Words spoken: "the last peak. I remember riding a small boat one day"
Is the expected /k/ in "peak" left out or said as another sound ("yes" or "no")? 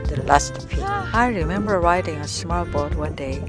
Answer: yes